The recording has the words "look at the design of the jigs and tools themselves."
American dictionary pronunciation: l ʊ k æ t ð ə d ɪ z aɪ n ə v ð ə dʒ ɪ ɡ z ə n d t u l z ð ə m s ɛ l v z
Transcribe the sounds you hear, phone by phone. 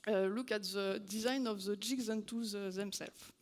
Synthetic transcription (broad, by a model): l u k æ t ð ə d ɪ z aɪ n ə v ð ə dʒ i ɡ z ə n t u z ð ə m s ɛ l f